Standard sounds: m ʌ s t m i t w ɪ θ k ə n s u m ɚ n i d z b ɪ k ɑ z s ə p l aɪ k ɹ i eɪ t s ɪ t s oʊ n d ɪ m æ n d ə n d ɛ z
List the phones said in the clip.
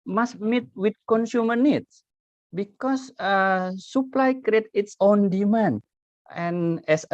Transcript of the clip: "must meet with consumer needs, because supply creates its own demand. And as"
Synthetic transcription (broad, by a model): m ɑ s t m i t w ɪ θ k ə n s u m ɚ n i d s b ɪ k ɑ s s ə p l aɪ k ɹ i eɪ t ɪ t s oʊ n d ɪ m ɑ n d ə n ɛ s